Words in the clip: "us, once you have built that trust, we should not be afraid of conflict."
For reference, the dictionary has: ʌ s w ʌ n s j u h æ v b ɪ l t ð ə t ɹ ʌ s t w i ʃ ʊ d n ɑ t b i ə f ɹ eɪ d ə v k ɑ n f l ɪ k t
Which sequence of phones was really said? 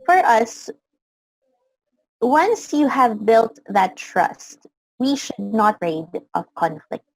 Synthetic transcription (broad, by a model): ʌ s w ʌ n s j u h æ v b ɪ l t ð ə t ɹ ʌ s t w i ʃ ʊ d n ɑ t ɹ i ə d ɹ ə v k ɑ n f l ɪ k t